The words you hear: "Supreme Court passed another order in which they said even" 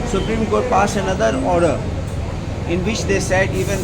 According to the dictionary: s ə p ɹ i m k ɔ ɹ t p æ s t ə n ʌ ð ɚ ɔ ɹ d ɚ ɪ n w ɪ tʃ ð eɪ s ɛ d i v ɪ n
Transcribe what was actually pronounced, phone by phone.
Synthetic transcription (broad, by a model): s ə p ɹ i m k ɔ t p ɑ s ə n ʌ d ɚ ɔ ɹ d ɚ ɪ n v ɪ tʃ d eɪ s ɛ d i v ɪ n